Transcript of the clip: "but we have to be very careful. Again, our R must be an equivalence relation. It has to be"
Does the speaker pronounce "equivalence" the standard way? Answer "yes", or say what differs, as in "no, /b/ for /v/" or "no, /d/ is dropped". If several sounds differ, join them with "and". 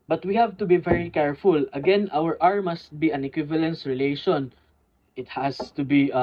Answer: yes